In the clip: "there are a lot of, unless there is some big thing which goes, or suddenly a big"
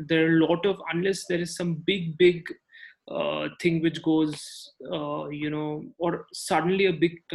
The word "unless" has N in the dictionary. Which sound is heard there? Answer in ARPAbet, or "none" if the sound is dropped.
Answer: N